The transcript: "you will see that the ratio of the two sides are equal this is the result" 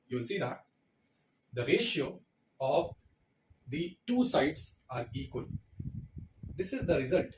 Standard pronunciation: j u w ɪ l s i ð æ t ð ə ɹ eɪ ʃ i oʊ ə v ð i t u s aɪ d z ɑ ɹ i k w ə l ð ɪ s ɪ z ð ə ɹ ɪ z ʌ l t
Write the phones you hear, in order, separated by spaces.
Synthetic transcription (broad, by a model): j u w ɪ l s i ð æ t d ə ɹ eɪ ʃ i oʊ ə v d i t u s aɪ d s ɑ ɹ i k w ə l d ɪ s ɪ z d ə ɹ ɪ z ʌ l t